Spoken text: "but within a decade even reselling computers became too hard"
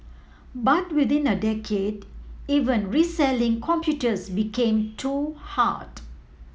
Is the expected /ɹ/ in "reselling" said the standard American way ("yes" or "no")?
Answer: yes